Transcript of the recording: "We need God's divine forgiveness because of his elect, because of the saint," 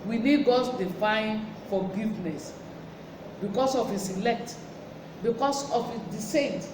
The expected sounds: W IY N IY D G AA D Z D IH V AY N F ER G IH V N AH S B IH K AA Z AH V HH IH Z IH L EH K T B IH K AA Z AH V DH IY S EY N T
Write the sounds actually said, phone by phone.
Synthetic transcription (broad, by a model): W IY N IY D G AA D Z D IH F AY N F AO G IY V N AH S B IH K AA S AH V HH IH S IH L EH K T B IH K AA S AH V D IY S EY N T